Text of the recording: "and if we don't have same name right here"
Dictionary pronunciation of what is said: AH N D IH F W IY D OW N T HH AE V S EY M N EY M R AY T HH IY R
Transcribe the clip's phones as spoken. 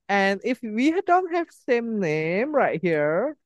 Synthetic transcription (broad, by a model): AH N IH F W IY D OW N T HH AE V S EY M N EY M R AY T HH IY R